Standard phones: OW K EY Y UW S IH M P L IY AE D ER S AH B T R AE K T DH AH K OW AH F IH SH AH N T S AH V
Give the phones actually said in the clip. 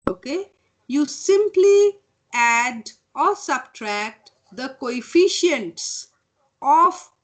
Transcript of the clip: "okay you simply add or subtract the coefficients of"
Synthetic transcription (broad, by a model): OW K EY Y UW S IH M P L IY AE D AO S AH B T R AE K T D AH K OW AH F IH SH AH N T S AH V